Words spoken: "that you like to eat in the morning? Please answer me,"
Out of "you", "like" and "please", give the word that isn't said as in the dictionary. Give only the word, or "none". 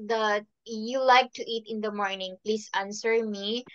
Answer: please